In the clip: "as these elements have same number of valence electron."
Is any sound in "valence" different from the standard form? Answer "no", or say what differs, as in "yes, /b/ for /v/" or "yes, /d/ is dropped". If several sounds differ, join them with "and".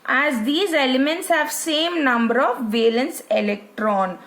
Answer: no